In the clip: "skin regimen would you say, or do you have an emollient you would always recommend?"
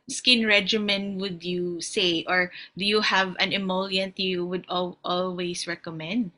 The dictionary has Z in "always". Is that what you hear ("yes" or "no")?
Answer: no